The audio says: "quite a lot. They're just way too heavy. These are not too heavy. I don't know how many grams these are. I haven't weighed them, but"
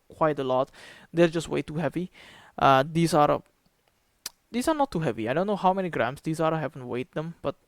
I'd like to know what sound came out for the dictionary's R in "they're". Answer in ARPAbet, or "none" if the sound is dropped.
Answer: L